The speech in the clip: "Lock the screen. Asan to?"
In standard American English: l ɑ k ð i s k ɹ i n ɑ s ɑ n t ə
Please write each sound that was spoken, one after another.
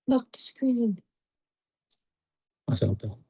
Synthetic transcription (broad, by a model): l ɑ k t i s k l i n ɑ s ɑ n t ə